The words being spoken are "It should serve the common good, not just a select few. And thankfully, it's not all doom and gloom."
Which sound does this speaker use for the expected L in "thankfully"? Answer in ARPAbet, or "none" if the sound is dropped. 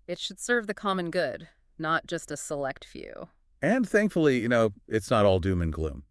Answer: N